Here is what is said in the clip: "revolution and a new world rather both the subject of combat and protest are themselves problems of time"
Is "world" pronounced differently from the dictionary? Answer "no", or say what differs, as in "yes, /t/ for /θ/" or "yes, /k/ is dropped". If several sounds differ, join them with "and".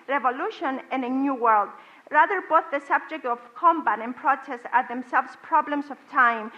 no